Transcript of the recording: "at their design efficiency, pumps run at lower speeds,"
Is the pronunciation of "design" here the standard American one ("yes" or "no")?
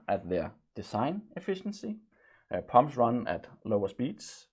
no